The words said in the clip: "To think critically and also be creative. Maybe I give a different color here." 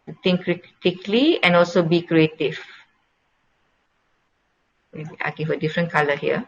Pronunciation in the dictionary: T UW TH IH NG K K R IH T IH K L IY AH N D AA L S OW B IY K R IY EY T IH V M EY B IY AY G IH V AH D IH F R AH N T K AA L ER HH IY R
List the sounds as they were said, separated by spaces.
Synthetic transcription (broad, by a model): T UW T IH NG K K R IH T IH K L IY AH N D AA L S OW B IY K R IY EY T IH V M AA IY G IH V AH D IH F R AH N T K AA L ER HH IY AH